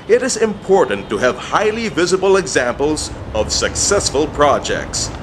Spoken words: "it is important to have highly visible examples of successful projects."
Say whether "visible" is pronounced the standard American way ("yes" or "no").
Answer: yes